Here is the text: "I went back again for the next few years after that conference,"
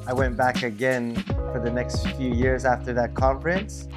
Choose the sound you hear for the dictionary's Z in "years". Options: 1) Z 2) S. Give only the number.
1